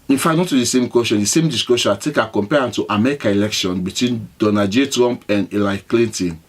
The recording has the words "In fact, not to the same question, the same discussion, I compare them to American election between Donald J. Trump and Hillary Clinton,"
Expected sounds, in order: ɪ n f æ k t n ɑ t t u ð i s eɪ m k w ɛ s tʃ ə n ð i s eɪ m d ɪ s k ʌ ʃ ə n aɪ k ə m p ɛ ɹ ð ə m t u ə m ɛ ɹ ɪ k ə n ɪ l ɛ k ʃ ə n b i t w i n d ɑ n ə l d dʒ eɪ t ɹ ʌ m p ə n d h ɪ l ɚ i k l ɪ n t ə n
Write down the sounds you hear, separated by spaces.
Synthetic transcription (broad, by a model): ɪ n f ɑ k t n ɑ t t u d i s eɪ m k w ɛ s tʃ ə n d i s eɪ m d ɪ s k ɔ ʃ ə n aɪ k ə m p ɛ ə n t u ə m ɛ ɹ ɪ k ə ɪ l ɛ k ʃ ə n b i t w i n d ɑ n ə dʒ eɪ t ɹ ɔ m p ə n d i l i k l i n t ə n